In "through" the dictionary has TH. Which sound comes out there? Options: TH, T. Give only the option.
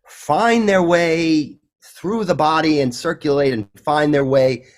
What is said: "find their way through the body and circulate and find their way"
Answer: TH